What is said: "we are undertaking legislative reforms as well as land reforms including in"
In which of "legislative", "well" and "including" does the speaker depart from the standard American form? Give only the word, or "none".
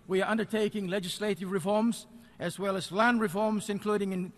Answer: none